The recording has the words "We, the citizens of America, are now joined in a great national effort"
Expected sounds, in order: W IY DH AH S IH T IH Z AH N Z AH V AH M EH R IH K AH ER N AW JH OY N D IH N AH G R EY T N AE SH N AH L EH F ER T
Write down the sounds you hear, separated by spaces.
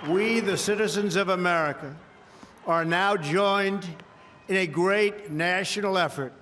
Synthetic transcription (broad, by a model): W IY DH AH S IH T IH Z AH N Z AH V AH M EH R IH K AH ER N AW JH OY N D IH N AH G R EY T N AE SH N L EH F ER T